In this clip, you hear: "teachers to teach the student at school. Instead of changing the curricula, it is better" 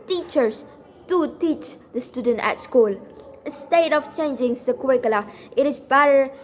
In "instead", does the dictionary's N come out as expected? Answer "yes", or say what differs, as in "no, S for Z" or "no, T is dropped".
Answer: no, N is dropped